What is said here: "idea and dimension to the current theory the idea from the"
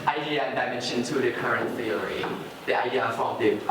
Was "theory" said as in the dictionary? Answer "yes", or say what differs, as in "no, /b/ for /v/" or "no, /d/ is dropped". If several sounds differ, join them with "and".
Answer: no, /f/ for /θ/ and /l/ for /ɹ/